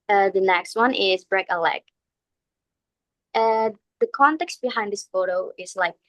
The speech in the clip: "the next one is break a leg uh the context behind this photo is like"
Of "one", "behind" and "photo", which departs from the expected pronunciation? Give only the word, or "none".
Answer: none